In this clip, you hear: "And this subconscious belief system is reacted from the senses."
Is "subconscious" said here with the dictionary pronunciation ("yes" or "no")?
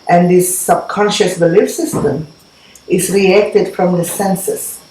yes